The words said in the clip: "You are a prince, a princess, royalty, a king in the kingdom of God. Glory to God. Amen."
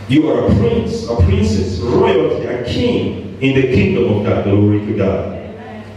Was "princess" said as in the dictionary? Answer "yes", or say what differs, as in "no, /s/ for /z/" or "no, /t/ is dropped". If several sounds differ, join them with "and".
yes